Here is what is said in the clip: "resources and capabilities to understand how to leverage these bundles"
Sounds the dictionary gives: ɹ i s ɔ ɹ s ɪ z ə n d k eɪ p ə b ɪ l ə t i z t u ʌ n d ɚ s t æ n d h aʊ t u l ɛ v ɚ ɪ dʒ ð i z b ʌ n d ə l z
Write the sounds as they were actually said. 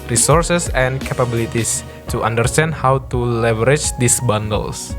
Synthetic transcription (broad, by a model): ɹ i s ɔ ɹ s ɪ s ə n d k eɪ p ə b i l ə t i s t u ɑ n d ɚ s t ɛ n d h aʊ t u l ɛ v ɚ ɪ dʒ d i s b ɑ n d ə l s